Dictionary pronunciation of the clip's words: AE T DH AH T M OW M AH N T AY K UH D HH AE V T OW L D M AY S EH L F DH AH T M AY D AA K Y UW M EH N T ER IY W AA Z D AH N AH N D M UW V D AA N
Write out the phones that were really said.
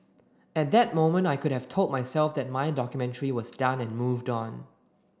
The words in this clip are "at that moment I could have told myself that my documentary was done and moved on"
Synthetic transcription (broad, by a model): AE T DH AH T M OW M AH N T AY K UH D HH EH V T OW L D M AY S EH L F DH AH T M AY D AA K Y UW M EH N T ER IY W AA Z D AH N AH N M UW V D AA N